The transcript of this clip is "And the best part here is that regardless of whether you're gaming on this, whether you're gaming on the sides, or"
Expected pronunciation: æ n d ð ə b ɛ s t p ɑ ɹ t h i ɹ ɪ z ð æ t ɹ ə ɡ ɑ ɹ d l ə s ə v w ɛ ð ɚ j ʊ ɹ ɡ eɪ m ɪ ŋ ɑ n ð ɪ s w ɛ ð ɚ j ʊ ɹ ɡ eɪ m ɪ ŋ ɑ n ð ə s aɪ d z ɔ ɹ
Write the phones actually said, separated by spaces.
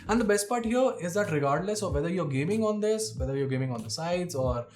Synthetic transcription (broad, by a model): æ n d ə b ɛ s t p ɑ ɹ t h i ɹ ɪ z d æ t ɹ ə ɡ ɑ ɹ d l ə s ə v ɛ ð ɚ j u ɹ ɡ eɪ m ɪ ŋ ɑ n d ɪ s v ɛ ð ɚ j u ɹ ɡ eɪ m ɪ ŋ ɑ n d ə s aɪ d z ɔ ɹ